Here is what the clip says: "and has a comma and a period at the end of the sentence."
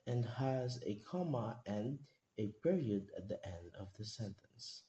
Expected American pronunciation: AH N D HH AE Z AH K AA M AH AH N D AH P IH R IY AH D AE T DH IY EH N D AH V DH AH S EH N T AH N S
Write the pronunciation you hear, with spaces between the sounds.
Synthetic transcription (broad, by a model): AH N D HH AE Z AH K AA M AH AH N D AH P IH R IY AH D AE T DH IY EH N D AH V DH AH S EH N T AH N S